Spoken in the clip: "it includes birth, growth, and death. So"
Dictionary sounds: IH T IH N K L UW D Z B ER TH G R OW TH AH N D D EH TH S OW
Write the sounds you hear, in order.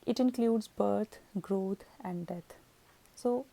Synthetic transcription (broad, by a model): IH T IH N K L UW D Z B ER T G R OW T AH N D D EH T S OW